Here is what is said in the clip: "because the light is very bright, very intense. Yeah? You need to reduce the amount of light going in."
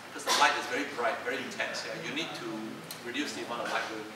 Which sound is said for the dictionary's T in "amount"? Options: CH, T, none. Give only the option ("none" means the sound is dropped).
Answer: none